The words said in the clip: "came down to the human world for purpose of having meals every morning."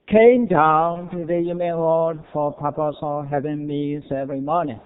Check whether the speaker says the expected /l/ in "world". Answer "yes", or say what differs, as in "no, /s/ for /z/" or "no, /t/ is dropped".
no, /l/ is dropped